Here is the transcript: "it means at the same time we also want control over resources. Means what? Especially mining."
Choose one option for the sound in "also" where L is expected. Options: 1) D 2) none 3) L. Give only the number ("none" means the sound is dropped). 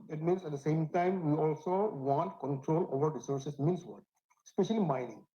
3